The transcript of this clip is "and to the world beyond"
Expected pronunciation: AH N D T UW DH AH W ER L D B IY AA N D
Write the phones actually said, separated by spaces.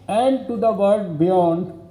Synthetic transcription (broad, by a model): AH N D T UW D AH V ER D B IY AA N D